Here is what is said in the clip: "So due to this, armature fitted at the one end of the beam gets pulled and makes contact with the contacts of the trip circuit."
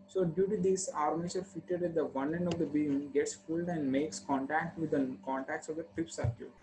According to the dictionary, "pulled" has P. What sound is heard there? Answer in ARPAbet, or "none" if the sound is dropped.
F